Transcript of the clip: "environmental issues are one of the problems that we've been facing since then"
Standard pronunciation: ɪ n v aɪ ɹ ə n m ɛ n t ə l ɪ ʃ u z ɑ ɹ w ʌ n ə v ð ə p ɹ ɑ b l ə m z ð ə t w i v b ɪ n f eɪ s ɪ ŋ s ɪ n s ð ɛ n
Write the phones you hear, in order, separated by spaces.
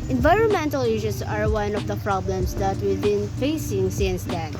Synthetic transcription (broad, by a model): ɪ n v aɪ ɹ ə n m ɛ n t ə l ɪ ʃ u s ɑ ɹ w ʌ n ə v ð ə p ɹ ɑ b l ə m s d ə t w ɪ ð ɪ n f eɪ s ɪ ŋ s ɪ n s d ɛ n